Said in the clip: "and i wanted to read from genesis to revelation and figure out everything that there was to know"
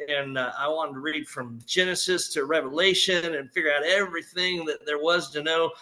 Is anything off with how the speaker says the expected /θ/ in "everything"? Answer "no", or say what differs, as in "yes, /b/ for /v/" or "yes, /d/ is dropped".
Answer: no